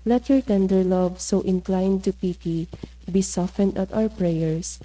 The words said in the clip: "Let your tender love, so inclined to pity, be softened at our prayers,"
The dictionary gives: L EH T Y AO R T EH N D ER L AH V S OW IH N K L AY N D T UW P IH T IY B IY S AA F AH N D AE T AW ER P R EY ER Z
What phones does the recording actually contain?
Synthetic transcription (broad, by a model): L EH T Y AO R T EH N D ER L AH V S OW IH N K L AY N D T UW P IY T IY B IY S AA F AH N D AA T AW ER P R EY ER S